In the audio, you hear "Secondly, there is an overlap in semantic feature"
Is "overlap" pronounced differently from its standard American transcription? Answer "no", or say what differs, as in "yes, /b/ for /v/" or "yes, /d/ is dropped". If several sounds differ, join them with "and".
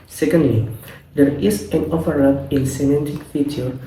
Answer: yes, /l/ is dropped